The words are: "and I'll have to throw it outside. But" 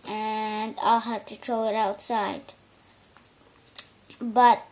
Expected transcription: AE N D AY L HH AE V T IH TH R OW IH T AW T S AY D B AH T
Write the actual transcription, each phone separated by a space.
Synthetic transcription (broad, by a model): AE N D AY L HH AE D T IH T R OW IH T AW T S AY D B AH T